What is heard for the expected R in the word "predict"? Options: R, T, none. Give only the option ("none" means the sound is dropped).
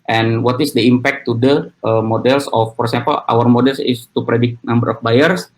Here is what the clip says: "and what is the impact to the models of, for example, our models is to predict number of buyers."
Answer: R